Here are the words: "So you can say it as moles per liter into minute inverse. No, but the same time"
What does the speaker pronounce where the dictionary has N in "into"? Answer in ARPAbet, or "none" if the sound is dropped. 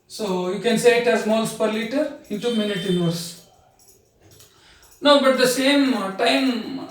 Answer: none